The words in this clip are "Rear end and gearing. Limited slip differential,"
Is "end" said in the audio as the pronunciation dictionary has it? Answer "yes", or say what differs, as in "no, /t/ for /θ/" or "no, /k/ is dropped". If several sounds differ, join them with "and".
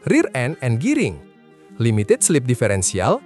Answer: no, /d/ is dropped